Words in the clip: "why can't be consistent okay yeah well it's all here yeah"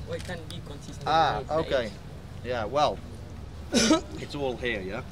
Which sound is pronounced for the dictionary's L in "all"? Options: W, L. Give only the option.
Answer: L